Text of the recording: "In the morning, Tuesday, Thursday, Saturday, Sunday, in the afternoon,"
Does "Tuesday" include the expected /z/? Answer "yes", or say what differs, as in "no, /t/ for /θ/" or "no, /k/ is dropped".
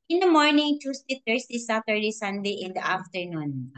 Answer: no, /s/ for /z/